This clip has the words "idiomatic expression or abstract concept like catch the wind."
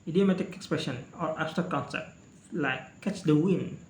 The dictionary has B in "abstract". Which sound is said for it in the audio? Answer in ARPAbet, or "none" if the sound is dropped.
none